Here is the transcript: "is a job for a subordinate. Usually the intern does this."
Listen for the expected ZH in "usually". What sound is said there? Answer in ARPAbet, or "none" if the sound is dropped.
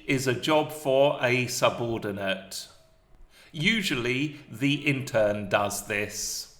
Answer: ZH